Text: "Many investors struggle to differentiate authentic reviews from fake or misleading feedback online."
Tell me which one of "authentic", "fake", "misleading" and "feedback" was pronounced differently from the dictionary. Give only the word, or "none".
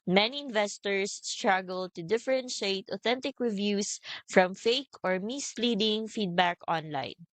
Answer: none